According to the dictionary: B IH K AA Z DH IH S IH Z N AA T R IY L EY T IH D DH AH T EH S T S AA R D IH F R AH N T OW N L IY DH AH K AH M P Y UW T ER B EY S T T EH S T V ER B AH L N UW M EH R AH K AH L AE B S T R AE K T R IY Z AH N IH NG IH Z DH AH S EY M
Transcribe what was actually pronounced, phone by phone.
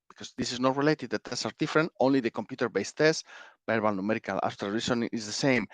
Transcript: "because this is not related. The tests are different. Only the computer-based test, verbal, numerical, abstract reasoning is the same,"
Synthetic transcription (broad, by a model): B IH K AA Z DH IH S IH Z N AA T R IY L EY T IH D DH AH T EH S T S AA R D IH F R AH N T OW N L IY DH AH K AH M P Y UW T ER B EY S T T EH S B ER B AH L N UW M EH R AH K AH L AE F T AH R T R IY S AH N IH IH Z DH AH S EY M